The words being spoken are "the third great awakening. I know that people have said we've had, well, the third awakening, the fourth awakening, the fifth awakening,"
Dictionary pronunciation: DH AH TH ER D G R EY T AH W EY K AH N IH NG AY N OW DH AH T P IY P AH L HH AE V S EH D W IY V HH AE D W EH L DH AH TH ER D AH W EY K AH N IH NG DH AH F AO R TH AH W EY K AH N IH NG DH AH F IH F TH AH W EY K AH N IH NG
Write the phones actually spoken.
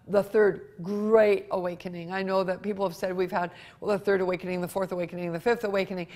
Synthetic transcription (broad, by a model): DH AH TH ER D G R EY T AH W EY K AH N IH NG AY N OW DH AH T P IY P L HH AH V S EH D W IY V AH D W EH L DH AH TH ER D AH W EY K AH N IH NG DH AH F AO R TH AH W EY K AH N IH NG DH AH F IH F TH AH W EY K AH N IH NG